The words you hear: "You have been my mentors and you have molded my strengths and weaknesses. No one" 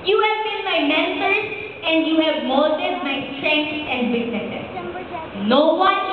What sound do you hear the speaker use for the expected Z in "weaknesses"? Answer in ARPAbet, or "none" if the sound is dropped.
none